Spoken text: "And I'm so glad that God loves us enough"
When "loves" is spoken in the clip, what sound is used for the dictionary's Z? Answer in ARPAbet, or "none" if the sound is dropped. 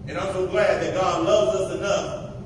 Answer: Z